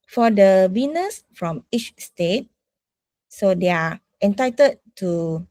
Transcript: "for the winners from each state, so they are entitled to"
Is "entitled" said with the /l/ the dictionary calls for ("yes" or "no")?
no